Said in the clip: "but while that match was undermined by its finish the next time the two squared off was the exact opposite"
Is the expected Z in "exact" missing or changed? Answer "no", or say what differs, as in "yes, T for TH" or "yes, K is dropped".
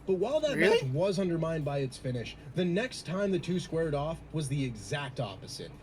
no